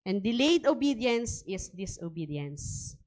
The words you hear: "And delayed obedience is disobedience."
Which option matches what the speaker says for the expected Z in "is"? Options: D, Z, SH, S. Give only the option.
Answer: S